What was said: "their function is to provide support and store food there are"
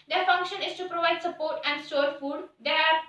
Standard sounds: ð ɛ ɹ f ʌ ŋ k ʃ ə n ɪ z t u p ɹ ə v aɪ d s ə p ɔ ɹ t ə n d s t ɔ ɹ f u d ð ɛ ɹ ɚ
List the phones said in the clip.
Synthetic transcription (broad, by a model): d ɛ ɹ f ʌ ŋ k ʃ ə n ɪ s t u p ɹ ə v aɪ d s ə p ɔ ɹ t ə n d s t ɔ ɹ f u d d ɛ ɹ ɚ